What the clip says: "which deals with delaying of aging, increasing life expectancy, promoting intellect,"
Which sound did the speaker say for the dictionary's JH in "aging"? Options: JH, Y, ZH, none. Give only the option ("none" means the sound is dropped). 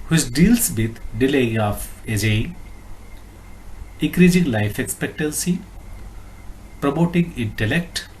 none